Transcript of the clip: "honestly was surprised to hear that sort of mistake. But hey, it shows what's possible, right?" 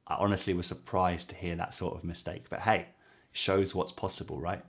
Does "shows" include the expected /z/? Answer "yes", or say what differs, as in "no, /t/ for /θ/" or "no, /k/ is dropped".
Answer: yes